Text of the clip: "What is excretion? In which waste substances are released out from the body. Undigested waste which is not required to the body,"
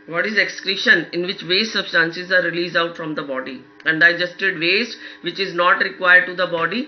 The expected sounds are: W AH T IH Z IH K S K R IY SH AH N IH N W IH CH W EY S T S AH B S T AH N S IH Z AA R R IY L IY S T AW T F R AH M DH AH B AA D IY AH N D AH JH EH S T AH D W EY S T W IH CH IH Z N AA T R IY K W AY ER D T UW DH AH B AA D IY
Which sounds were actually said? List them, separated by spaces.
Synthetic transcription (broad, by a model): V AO T IH Z IH K S K R IY SH AH N IH N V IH CH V EY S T S AH B S T AH N S IH Z AA R R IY L IY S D AW T F R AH M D AH B AA D IY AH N D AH JH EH S T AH D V EY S T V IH CH IH Z N AA T R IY K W AY ER D T UW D AH B AA D IY